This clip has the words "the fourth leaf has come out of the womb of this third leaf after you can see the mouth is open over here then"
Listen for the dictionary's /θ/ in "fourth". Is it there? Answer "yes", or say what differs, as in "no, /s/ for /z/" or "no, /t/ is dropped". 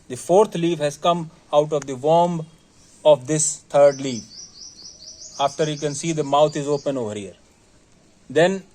no, /t/ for /θ/